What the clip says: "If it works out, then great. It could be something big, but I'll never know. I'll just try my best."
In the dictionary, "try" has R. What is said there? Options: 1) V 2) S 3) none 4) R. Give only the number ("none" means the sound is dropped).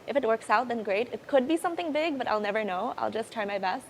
3